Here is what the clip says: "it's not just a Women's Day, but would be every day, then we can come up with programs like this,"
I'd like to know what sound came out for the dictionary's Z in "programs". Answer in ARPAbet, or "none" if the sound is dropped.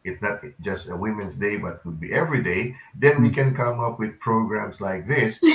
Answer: S